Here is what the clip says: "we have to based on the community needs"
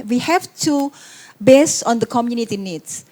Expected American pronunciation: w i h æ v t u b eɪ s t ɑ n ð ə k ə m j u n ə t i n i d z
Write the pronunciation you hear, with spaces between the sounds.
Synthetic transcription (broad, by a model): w i h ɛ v t u b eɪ s ɑ n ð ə k ə m j u n ə t i n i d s